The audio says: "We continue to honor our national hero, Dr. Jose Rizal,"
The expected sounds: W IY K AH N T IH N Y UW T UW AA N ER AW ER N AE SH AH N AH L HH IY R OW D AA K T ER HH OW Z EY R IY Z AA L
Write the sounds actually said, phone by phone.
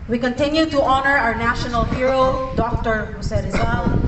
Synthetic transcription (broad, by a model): W IY K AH N T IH N Y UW T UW AA N ER AW ER N AE SH AH N AH L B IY R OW D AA K T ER HH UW S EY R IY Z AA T